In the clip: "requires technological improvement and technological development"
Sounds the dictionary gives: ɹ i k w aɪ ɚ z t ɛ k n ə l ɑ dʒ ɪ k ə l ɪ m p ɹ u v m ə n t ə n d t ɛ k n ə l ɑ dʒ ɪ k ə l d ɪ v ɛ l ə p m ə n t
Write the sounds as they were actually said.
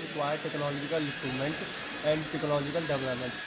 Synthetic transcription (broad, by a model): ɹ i k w aɪ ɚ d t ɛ k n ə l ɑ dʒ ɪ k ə l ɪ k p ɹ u m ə n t ə n d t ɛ k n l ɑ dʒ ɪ k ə l d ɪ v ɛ l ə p m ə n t